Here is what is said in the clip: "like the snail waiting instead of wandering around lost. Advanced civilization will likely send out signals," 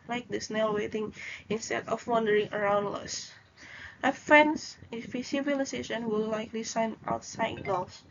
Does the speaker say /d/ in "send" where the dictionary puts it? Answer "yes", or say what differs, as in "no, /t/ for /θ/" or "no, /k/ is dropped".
no, /d/ is dropped